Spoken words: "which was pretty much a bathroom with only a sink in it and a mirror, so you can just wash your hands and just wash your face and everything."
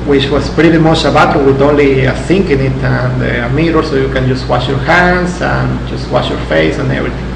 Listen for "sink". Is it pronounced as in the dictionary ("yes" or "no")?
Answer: yes